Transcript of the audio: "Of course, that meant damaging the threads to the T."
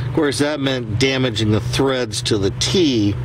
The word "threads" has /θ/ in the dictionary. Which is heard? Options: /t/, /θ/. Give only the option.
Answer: /θ/